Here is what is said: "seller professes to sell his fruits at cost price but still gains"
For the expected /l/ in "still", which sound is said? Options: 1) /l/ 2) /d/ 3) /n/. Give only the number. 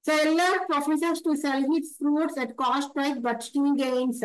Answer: 3